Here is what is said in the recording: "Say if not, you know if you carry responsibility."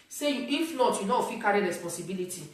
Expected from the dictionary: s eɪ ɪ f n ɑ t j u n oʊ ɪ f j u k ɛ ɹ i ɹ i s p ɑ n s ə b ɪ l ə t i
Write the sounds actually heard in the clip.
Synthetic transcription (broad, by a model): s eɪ ɪ f l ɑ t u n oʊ ɪ f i k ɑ ɹ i ɹ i s p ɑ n s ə b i l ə t i